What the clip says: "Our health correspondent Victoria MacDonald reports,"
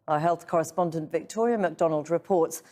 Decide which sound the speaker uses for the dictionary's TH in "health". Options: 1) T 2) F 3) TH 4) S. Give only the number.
3